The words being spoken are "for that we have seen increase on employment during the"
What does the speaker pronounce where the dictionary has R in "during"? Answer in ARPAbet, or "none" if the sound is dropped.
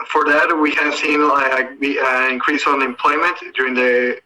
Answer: R